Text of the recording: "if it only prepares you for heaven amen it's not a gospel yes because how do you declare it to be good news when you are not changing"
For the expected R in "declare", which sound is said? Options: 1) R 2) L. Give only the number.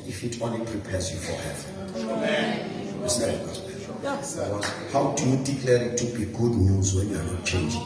2